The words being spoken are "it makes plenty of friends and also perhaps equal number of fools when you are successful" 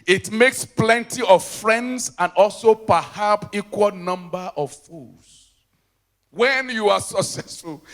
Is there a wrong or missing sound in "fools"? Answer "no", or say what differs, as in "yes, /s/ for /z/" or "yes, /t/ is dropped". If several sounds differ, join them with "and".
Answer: yes, /l/ is dropped